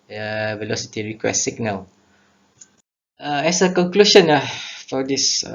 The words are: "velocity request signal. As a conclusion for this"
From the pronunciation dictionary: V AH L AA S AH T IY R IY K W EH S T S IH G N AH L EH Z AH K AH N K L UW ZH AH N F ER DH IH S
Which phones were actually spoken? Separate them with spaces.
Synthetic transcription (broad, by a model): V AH L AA S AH T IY R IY K W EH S S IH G N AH W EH S AH K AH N K L UW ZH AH N F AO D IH S